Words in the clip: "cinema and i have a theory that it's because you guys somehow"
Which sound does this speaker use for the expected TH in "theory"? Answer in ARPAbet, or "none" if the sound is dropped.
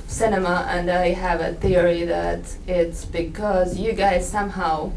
TH